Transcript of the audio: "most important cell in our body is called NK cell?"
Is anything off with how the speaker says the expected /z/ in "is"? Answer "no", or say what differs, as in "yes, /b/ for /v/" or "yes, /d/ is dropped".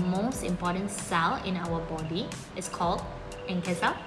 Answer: yes, /s/ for /z/